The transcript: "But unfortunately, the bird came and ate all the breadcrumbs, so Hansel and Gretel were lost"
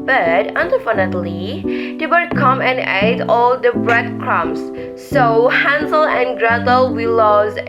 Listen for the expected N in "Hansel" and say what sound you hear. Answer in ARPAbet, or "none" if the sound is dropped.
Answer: N